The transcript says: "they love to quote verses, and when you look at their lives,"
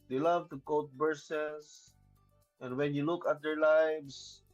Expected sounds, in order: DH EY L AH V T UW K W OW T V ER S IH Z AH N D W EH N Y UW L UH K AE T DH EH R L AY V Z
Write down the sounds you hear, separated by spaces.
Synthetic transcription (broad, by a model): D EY L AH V T UW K OW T B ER S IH S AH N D W EH N Y UW L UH K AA T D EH R L AY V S